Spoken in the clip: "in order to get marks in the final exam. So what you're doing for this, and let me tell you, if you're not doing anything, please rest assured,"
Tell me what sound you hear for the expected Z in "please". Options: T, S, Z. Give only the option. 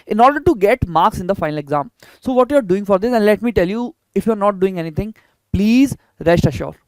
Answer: Z